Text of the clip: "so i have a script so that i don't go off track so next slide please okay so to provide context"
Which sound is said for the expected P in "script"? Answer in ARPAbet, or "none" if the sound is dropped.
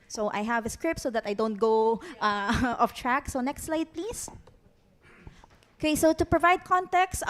P